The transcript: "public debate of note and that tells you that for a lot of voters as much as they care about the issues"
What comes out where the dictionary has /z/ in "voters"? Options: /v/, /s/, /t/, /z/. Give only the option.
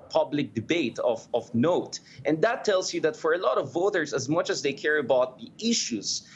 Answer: /s/